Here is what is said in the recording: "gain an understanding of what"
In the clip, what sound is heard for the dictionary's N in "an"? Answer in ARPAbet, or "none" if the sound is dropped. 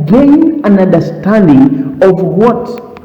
N